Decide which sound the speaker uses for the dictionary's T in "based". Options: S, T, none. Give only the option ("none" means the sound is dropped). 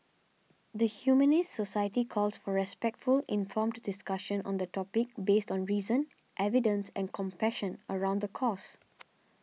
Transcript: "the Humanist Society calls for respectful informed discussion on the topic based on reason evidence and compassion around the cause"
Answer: T